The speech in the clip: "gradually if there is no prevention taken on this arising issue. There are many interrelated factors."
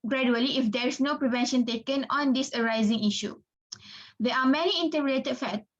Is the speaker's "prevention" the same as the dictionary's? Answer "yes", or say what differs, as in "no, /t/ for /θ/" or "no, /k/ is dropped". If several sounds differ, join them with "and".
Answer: yes